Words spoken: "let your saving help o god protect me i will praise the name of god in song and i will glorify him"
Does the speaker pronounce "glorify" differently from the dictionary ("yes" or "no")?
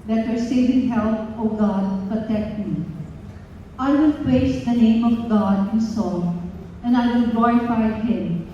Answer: yes